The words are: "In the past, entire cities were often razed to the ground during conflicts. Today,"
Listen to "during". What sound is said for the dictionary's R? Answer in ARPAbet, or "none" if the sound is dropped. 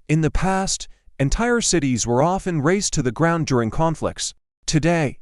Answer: R